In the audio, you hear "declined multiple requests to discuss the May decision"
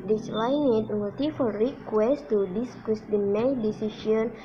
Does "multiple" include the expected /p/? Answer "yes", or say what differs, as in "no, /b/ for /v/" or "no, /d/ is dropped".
no, /f/ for /p/